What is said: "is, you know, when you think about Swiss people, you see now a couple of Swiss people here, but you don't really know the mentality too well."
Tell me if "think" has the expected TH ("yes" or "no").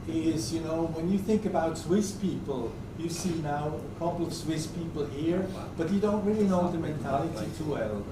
yes